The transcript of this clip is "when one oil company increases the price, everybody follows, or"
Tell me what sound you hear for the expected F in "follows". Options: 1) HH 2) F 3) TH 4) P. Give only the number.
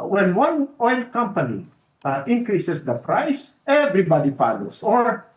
4